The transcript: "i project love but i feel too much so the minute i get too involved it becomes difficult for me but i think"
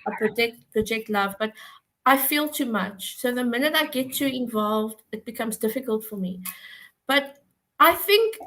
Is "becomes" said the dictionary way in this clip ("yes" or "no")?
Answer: yes